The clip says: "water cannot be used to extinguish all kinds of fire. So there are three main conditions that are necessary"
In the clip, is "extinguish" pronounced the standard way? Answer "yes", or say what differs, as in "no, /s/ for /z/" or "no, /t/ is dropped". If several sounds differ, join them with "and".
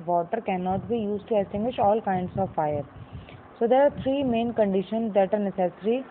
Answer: no, /k/ is dropped